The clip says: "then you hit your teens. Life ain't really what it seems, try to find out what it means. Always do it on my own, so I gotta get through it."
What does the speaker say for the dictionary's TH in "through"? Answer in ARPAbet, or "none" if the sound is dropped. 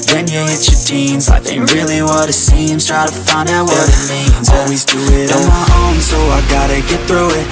TH